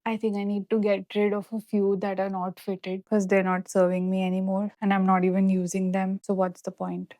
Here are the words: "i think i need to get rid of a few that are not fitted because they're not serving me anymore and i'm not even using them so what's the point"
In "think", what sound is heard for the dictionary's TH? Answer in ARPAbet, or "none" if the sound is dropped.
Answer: T